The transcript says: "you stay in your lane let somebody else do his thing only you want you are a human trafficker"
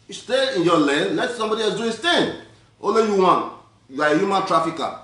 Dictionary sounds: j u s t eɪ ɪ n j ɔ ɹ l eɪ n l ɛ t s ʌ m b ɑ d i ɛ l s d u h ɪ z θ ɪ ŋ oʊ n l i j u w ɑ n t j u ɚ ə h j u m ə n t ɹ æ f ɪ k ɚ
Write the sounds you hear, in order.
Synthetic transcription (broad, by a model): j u s t eɪ ɪ n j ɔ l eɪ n l ɛ t s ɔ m b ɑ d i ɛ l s d u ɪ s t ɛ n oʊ l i j u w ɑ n j u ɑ ə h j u m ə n t ɹ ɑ f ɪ k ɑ